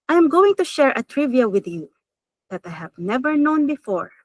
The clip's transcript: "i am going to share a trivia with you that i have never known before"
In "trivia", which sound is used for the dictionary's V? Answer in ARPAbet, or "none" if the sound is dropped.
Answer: V